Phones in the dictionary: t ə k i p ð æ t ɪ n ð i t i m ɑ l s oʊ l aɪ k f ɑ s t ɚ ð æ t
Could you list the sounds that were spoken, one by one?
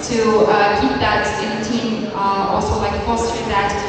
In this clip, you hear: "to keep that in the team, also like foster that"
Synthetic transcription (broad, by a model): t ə k i p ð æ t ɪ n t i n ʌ ɑ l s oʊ l aɪ k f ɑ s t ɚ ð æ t